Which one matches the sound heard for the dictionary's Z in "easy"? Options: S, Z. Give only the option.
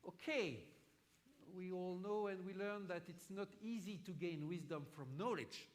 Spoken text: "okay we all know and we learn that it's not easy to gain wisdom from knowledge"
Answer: Z